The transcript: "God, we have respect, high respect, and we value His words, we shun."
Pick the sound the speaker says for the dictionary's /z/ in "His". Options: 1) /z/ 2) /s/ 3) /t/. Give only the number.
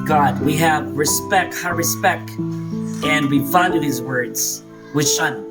1